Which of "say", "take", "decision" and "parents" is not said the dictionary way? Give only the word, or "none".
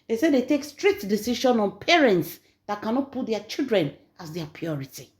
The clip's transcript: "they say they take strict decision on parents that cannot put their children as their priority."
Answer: decision